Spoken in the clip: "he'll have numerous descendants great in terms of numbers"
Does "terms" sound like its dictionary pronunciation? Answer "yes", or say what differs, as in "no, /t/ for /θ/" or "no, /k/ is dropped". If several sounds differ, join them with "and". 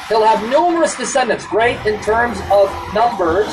yes